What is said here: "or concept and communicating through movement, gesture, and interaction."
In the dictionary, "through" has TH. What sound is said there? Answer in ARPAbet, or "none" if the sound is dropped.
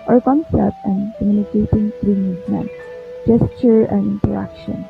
T